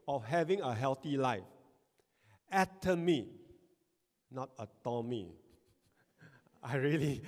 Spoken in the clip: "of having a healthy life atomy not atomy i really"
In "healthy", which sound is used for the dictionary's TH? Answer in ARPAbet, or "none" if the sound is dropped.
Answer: T